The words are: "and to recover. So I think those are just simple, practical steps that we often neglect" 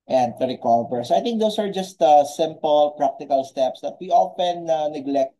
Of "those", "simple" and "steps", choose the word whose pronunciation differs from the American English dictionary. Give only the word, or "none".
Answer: those